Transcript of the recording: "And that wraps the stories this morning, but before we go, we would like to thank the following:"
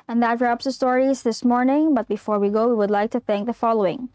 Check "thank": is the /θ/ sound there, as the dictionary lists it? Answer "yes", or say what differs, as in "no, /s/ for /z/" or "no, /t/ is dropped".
yes